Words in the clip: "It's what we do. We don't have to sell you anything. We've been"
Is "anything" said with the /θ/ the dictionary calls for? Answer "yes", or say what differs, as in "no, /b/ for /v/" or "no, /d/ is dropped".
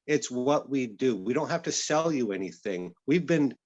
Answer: yes